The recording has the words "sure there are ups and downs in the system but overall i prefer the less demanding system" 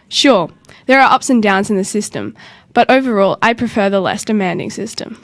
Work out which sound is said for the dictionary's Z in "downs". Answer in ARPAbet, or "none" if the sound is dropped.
Z